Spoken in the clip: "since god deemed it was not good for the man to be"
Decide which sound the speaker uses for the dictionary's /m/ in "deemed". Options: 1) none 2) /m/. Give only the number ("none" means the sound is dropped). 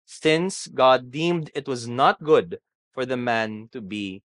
2